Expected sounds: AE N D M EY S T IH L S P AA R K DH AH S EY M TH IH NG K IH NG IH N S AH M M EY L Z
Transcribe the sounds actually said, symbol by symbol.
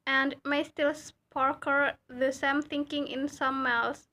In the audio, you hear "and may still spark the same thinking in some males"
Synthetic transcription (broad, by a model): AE N D M EY S T IH L S P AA R K DH AH S EY M TH IH NG K IH NG IH N S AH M M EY L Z